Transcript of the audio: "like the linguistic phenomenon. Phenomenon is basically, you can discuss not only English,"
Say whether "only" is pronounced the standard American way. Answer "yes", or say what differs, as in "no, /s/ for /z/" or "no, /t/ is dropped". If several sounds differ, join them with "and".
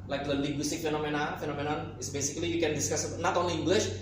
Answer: no, /l/ is dropped